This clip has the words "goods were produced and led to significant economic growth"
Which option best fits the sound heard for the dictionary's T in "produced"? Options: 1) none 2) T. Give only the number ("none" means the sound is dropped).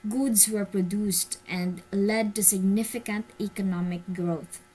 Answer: 2